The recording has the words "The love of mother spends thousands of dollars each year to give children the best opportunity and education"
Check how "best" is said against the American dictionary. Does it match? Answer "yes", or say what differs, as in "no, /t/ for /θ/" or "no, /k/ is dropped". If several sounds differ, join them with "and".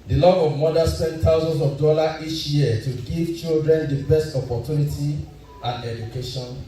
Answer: yes